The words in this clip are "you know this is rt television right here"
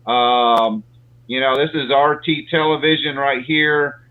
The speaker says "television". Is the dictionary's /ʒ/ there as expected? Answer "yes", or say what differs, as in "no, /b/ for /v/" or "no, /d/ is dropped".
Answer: yes